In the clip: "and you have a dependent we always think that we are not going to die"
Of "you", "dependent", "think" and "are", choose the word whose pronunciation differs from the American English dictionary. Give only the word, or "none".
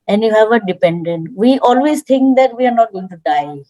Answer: think